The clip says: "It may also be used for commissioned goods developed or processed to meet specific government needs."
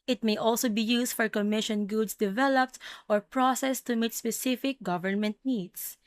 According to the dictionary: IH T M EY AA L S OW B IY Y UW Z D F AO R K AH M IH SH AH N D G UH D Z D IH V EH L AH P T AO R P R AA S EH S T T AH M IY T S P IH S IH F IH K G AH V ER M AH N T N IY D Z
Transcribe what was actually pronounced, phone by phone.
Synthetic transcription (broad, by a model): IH T M EY AA L S OW B IY Y UW S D F AO R K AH M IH SH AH N G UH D S D IH V EH L AH P T AO R P R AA S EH S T T AH M IY T S P IH S IH F IH K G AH V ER M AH N T N IY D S